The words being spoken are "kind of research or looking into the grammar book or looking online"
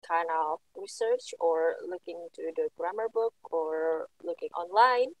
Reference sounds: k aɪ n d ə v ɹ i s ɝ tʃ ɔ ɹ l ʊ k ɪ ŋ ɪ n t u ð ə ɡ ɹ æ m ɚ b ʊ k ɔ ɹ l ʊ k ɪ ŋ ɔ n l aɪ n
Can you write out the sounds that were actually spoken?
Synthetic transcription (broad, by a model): k aɪ n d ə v ɹ i s ɝ tʃ ɔ ɹ l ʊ k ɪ ŋ t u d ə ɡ ɹ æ m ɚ b ʊ k ɔ ɹ l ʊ k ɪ ŋ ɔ n l aɪ n